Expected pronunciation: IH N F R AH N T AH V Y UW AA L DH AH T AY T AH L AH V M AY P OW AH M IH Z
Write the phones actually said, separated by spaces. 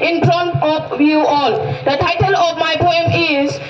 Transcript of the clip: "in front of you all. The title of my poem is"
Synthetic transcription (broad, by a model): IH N P R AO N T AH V Y UW AA L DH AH T AY T AH L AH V M AY P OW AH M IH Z